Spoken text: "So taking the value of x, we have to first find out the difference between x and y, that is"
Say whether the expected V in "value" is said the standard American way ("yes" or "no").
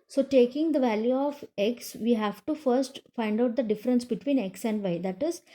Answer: yes